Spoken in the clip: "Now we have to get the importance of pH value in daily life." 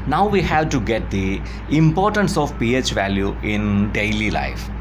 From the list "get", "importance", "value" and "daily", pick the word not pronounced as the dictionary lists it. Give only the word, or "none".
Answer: none